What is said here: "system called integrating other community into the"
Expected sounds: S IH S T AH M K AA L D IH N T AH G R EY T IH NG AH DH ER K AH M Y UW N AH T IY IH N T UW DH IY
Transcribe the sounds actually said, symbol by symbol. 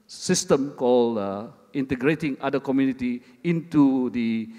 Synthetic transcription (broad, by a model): S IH S T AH M K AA L IH N T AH G R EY T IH NG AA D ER K AH M Y UW N AH T IY IH N T UW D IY